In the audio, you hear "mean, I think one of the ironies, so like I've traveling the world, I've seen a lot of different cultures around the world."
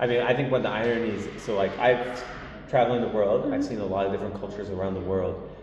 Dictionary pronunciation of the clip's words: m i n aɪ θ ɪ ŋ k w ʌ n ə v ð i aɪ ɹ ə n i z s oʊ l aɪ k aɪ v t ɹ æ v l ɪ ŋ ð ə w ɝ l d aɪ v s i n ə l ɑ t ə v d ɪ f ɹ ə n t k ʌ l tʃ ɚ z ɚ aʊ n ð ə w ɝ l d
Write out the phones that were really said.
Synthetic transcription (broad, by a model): m i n aɪ θ ɪ ŋ k w ʌ n ð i aɪ ɹ ə n i z s oʊ l aɪ k aɪ v t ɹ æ v l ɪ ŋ ð ə w ɝ l d aɪ v s i n ə l ɑ t ə v d ɪ f ɹ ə n k ʌ l tʃ ɚ z ɚ aʊ n ð ə w ɝ l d